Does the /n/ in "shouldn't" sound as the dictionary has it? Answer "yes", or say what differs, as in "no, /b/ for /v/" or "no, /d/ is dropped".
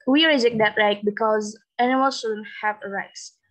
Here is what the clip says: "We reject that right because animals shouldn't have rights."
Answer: yes